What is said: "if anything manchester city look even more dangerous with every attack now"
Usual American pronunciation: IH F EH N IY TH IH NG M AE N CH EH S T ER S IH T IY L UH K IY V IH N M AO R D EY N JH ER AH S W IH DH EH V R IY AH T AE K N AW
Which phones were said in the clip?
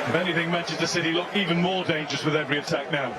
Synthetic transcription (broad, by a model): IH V EH N IY TH IH NG M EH N SH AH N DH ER S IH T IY L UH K IY V IH N M AO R D EY N JH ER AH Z W IH DH EH V R IY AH T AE K N AW